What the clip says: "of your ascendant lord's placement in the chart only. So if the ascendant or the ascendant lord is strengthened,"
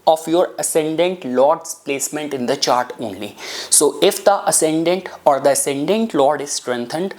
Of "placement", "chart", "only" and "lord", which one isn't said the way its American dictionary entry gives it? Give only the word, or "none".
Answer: none